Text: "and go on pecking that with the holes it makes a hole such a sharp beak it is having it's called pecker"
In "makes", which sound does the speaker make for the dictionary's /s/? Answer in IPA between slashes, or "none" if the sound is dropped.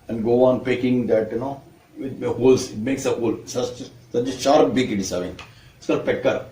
/s/